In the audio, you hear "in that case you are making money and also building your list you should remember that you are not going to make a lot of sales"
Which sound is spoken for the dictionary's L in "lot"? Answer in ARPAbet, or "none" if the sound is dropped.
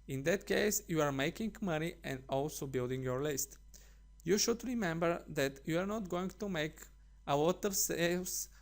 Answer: W